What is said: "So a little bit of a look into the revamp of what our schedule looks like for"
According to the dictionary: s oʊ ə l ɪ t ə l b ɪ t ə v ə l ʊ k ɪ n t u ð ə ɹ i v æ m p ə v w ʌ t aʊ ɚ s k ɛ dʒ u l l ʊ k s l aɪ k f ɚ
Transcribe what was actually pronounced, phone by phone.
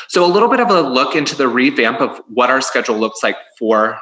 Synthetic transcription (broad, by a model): s oʊ ə l ɪ t l b ɪ t ə v ə l ʊ k ɪ n t u ð ə ɹ i v æ m p ə v w ʌ t aʊ ɚ s k ɛ dʒ l l ʊ k s l aɪ k f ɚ